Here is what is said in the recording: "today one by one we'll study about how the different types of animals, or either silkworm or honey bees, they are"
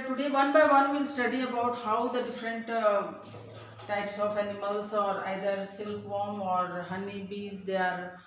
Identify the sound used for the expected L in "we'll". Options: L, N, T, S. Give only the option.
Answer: N